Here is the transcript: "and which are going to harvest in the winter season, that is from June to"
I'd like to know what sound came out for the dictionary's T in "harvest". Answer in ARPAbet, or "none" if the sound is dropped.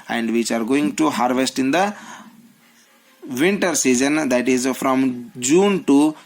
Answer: T